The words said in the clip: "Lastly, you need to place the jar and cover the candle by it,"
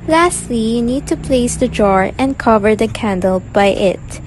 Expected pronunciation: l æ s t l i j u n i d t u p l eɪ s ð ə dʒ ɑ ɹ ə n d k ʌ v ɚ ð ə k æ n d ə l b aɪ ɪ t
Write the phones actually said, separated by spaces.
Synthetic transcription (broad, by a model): l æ s t l i j u n i d t u p l eɪ s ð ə dʒ ɑ ɹ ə n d k ʌ v ɚ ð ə k æ n d ə l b aɪ ɪ t